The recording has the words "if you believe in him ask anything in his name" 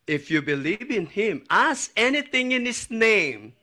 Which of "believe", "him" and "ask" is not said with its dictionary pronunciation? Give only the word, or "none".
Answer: ask